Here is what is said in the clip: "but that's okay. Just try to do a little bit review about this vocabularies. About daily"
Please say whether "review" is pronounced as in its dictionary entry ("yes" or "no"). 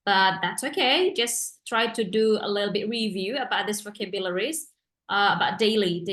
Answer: yes